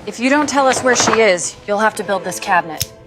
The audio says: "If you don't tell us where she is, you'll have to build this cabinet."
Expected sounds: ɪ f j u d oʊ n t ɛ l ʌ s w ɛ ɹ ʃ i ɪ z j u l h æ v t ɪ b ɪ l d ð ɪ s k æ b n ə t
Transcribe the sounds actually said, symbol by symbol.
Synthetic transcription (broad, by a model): ɪ f j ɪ d oʊ n t ɛ l ʌ s w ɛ ɹ ʃ i ɪ z j u l h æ f t ɪ b ɪ l d ð ɪ s k æ b n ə t